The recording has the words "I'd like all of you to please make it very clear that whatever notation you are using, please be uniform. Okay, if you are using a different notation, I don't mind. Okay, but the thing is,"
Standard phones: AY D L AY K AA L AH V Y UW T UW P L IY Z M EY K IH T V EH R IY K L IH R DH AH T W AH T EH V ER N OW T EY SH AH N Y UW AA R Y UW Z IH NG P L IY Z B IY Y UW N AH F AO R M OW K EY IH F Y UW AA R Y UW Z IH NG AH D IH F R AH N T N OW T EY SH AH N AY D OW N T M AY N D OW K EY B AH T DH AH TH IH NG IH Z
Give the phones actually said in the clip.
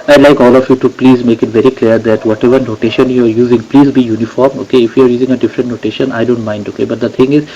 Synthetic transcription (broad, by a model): AY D L AY K AA L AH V Y UW T UW P L IY Z M EY K IH T V EH R IY K L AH R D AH T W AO T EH V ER N OW T EY SH AH N Y UW AA R Y UW Z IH NG P L IY Z B IY Y UW N AH F AO R M OW K EY IH F Y UW AA R Y UW Z IH NG AH D IH F R AH N T N OW T EY SH AH N AY D OW N T M AY N D OW K EY B AH T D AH T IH NG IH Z